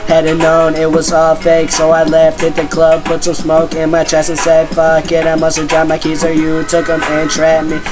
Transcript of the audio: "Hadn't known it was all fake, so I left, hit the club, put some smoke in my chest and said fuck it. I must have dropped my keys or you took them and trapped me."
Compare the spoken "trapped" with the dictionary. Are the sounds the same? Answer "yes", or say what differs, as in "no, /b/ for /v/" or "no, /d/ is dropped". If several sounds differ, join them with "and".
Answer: no, /p/ is dropped